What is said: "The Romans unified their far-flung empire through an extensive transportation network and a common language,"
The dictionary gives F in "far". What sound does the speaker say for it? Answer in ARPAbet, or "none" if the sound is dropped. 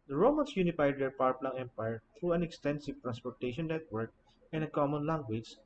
P